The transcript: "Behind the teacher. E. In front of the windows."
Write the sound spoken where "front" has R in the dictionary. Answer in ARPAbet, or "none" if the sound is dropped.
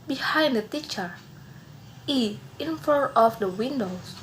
none